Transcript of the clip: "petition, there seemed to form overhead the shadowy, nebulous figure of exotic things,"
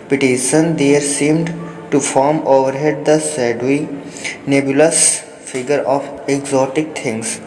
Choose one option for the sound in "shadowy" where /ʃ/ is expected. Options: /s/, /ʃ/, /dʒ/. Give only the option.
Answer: /s/